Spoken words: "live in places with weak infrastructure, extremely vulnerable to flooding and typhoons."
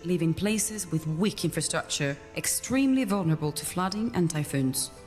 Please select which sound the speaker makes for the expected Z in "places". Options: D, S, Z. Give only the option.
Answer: Z